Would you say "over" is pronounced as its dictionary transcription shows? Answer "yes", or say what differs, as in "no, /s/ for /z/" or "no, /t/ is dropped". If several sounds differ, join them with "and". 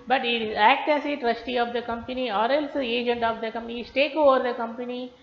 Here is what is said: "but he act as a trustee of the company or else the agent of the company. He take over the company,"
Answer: yes